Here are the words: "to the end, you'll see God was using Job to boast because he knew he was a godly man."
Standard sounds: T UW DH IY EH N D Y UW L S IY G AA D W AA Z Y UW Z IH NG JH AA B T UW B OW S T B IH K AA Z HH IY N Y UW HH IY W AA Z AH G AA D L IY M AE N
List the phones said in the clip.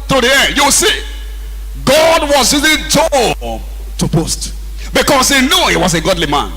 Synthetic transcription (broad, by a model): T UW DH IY EH N D Y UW W S IY G AA D W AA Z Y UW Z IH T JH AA T UW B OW S T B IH K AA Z HH IY N Y UW HH IY W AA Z AH G AA D L IY M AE N